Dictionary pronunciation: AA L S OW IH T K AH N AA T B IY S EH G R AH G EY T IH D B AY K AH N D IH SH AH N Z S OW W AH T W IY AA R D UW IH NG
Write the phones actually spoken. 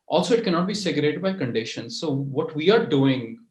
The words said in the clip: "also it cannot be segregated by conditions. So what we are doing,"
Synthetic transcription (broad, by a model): AA L S OW IH T K AH N AA T B IY S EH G AH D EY T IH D B AY K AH N D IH SH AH N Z S OW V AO T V IY AA R D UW IH NG